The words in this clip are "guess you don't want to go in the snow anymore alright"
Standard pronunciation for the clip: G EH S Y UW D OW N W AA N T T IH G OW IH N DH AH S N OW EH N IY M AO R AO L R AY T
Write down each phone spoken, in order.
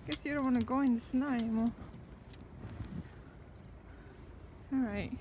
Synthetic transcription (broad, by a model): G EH S Y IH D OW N W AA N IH G OW IH N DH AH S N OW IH IY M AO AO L R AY T